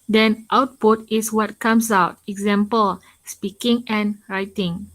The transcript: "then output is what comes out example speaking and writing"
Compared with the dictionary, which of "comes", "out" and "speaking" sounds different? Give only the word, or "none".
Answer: comes